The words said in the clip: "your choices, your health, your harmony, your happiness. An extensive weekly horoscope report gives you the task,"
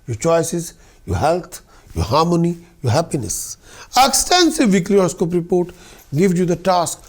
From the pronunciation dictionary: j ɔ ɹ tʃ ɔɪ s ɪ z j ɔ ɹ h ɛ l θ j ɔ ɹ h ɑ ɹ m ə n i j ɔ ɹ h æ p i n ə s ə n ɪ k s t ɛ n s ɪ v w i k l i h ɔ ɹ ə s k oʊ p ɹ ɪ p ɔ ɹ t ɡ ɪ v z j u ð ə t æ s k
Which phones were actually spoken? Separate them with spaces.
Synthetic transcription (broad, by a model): j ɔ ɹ tʃ ɔɪ s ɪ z j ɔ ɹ h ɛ l t j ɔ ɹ h ɑ ɹ m ə n i j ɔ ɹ h æ p i n ə s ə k s t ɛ n s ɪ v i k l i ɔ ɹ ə s k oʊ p ɹ ɪ p ɔ ɹ t ɡ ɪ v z j u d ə t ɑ s k